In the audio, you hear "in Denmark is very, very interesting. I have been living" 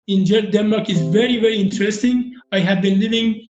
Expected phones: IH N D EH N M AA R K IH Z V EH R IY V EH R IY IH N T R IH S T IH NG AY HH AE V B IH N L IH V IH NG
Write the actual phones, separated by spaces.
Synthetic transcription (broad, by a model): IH N D EH N M AA R K IH Z V EH R IY V EH R IY IH N T R IH S T IH NG AY HH AE V B IH N L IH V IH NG